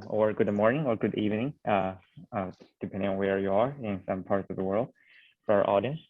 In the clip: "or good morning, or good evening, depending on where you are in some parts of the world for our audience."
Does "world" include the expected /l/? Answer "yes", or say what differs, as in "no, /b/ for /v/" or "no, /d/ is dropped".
yes